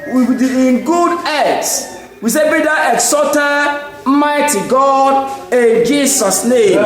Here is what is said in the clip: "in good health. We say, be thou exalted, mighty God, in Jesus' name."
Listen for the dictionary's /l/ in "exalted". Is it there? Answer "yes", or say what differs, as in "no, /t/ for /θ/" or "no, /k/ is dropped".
no, /l/ is dropped